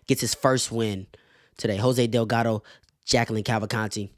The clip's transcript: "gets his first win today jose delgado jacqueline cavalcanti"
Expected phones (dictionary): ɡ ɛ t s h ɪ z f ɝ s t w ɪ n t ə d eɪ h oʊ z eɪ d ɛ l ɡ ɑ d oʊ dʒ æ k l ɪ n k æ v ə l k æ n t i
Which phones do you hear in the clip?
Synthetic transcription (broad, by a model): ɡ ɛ t s h ɪ z f ɝ s t w ɪ n t ə d eɪ h oʊ z eɪ d ɛ l ɡ ɑ d oʊ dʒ æ k l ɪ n k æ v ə k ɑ n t i